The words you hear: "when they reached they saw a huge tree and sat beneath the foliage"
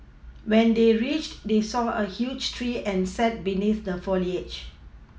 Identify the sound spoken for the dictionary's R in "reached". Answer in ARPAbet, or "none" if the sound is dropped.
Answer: R